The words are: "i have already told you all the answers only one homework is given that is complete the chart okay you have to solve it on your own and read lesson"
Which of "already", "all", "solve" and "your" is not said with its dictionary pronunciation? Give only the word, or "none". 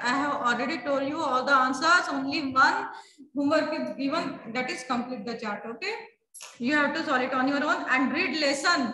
solve